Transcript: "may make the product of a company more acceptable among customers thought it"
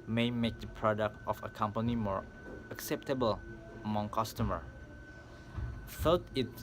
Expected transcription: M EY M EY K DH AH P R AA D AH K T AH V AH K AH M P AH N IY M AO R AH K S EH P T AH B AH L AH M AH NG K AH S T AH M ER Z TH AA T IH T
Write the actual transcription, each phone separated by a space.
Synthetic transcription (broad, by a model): M EY M EY K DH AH P R AA D AH K T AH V AH K AH M P AH N IY M AO R AH K S EH P T AH B AH L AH M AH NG K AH S T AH M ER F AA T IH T